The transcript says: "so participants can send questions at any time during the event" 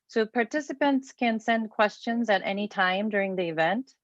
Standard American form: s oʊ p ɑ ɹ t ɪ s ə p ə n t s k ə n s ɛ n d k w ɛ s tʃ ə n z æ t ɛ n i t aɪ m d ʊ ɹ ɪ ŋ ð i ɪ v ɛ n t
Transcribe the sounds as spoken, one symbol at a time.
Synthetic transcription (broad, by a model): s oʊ p ɑ ɹ t ɪ s ə p ə n t s k ə n s ɛ n d k w ɛ s tʃ ə n z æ t ɛ n i t aɪ m d ʊ ɹ ɪ ŋ ð i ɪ v ɛ n t